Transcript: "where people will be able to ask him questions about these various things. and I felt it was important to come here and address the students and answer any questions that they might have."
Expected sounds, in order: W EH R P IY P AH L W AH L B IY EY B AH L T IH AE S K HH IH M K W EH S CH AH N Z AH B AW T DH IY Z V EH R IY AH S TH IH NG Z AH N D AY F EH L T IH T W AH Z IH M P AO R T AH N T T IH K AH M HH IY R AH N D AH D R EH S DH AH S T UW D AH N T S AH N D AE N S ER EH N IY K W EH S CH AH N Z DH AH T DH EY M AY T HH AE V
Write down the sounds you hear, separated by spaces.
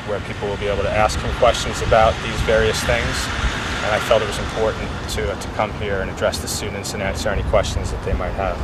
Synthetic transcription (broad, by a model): W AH R P IY P L W AH L B IY EY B L T IH AE S K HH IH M K W EH S CH AH N Z AH B AW T DH IY Z V EH R IY AH S TH IH NG Z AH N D AY F EH L T IH T W AH Z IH M P AO R T N T T IH K AH M HH IY R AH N AH D R EH S DH AH S T UW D N T S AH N AE N S ER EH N IY K W EH S CH AH N Z DH AH T DH EY M AY T HH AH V